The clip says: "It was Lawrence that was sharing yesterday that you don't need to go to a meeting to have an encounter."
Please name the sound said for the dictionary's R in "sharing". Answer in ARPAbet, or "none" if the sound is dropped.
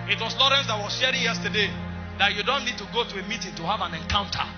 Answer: R